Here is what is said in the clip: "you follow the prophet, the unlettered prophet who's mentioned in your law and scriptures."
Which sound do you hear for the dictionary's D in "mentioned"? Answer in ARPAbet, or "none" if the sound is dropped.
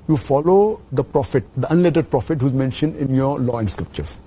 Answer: D